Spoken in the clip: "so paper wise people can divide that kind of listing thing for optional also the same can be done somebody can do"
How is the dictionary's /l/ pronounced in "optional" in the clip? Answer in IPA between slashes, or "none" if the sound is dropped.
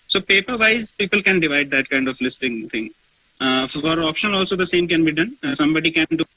/n/